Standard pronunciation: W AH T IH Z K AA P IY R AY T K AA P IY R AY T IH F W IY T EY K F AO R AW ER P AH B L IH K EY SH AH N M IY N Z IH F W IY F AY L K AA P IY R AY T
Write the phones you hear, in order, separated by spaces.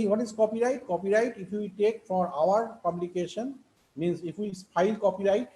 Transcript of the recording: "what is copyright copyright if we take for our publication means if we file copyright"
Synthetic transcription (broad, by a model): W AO T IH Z K AA P IY R AY T K AA P IY R AY T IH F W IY T EY K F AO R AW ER P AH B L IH K EY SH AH N M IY N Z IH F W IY P AY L K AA P IY R AY T